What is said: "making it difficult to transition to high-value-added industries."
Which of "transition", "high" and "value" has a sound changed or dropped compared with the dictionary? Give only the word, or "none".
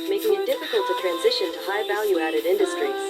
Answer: none